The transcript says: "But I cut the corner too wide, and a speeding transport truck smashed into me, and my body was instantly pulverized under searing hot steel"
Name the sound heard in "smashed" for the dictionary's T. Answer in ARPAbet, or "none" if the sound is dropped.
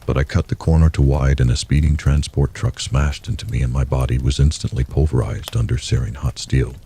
T